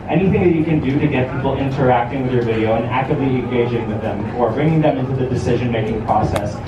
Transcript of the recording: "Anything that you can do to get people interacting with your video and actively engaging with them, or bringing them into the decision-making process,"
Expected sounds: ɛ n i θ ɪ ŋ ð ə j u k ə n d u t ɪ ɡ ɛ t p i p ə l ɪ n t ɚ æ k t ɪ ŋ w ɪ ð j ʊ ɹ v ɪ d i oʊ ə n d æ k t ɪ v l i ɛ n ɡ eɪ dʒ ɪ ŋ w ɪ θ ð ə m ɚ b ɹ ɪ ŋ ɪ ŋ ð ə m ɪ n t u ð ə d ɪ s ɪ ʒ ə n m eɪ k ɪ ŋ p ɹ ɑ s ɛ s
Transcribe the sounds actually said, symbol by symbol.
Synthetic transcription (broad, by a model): ɛ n i θ ɪ ŋ ð ə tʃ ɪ k ə n d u t ɪ ɡ ɛ t p i p l ɪ n t ɚ æ k t ɪ ŋ w ɪ ð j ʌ ɹ v ɪ d i oʊ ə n æ k t ɪ v l i ɛ n ɡ eɪ dʒ ɪ ŋ w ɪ ð ə m ɚ b ɹ ɪ ŋ ɪ ŋ ð ə m ɪ n t u ð ə d ɪ s ɪ ʒ ə n m eɪ k ɪ ŋ p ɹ ɑ s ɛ s